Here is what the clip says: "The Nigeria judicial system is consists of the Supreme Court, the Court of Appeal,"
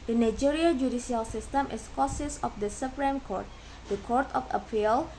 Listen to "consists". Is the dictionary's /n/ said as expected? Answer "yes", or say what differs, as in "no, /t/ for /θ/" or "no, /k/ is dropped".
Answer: no, /n/ is dropped